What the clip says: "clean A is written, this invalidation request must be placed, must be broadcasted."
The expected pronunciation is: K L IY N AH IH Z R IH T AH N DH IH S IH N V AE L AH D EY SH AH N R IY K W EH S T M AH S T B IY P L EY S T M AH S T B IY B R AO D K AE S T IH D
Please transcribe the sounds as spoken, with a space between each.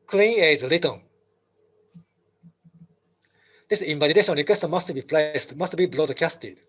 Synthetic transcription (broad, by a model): K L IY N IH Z L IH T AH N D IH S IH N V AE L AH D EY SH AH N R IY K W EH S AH M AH S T B IY P L EY S T M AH S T B IY B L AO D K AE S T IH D